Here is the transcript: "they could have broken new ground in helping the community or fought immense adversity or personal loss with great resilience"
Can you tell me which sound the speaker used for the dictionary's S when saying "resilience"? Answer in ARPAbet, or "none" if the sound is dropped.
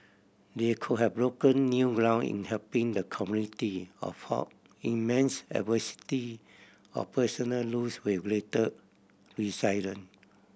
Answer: none